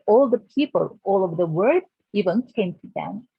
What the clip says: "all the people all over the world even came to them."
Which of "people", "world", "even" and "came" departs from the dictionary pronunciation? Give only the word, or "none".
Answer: world